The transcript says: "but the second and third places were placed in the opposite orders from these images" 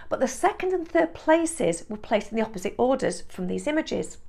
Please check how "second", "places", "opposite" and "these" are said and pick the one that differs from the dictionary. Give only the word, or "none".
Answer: none